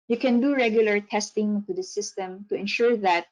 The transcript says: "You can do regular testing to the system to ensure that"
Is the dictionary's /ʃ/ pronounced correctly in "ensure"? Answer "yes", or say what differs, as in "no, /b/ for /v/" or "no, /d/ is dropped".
yes